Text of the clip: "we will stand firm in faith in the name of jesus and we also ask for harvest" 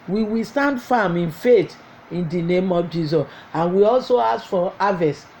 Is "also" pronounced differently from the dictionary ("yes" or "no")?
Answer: no